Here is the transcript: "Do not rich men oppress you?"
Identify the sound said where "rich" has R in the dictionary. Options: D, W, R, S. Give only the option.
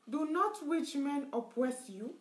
W